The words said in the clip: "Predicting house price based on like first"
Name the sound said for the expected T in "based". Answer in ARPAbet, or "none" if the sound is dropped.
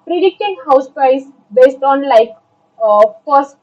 T